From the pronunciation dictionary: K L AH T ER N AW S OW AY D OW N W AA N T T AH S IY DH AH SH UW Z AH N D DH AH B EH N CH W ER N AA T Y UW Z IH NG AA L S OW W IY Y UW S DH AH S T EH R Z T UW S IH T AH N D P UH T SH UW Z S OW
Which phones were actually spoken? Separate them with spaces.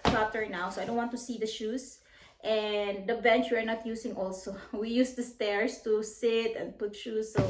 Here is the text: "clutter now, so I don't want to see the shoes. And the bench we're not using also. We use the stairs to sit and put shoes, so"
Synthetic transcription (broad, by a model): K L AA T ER N AW S OW AY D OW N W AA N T T AH S IY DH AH SH UW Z AH N D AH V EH N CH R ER N AA T Y UW S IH NG AA L S OW W IY Y UW S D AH S T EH R S T UW S IH T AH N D P UH T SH UW S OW